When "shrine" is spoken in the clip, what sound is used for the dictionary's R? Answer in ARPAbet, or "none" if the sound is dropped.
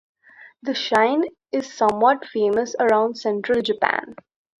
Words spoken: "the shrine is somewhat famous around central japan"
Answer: none